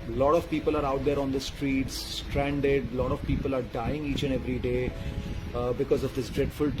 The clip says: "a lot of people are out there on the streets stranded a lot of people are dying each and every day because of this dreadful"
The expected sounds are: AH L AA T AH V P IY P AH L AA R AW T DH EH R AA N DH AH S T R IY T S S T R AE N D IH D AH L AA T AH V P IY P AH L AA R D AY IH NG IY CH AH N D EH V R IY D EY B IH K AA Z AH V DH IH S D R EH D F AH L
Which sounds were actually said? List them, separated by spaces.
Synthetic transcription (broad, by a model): L AA T AH V P IY P AH L AA R AW T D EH R AA N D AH S T R IY T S S T R AE N D IH D L AA T AH V P IY P AH L AA R D AY IH NG IY CH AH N EH V R IY D EY B IH K AA Z AH V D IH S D R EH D F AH L